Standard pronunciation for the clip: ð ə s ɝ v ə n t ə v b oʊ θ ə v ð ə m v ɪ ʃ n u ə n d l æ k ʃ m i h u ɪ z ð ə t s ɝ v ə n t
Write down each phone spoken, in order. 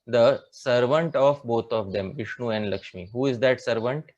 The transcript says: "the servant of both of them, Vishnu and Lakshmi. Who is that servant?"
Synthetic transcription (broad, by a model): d ə s ɝ v ə n t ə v b oʊ t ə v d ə m v ɪ ʃ n u ə n d l æ k ʃ m i h u ɪ z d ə t s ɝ v ə n t